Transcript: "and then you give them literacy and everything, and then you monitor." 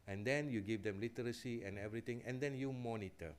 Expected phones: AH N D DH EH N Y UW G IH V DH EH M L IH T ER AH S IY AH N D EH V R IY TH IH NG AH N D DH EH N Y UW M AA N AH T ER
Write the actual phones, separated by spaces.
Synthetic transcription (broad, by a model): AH N D EH N Y UW G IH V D EH M L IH T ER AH S IY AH N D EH V R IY T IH NG AH N D EH N Y UW M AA N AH T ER